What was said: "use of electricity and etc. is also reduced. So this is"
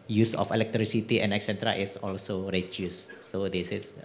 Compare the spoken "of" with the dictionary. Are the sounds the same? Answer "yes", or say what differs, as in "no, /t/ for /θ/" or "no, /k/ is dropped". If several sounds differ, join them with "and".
no, /f/ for /v/